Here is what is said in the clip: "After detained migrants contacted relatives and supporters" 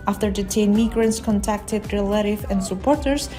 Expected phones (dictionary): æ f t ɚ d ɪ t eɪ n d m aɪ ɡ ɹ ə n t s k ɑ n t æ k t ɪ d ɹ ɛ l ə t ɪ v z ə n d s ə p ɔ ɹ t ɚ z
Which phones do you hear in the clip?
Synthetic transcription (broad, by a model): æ f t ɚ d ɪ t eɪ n m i ɡ ɹ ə n t s k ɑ n t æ k t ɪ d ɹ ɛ l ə t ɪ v ə n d s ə p ɔ ɹ t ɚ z